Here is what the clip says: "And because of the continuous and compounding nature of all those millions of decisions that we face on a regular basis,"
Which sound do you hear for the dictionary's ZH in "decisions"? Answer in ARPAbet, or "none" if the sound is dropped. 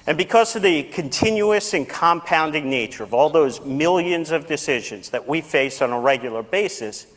ZH